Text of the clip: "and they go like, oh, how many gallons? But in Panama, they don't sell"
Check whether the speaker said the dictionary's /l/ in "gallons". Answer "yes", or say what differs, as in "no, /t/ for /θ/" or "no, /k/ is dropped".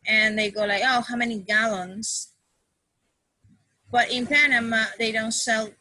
yes